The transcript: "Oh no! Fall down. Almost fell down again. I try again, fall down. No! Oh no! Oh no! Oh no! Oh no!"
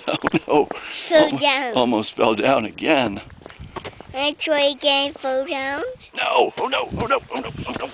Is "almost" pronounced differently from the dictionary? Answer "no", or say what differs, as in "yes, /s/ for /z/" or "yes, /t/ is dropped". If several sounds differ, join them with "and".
no